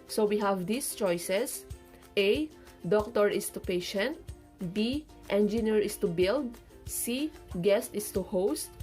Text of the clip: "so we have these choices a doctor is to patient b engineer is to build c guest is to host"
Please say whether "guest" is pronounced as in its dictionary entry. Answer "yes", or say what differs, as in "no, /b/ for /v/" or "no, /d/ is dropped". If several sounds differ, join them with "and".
yes